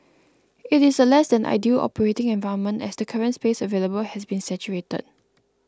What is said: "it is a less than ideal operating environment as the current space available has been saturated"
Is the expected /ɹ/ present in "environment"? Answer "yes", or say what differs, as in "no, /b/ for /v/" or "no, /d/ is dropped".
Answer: no, /ɹ/ is dropped